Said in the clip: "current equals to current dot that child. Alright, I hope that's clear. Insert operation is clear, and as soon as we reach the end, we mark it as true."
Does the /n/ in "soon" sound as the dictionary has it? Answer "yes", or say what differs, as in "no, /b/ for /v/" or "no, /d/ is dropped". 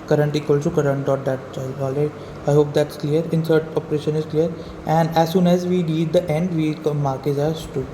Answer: yes